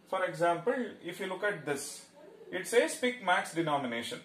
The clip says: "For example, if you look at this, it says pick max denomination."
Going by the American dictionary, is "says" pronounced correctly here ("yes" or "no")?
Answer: no